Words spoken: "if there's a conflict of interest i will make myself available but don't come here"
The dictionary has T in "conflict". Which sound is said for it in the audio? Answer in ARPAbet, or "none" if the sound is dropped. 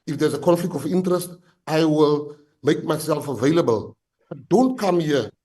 T